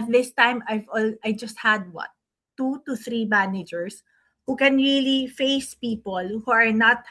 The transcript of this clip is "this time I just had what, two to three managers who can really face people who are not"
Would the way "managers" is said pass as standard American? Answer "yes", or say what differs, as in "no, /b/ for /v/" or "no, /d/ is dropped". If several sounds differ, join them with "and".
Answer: no, /s/ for /z/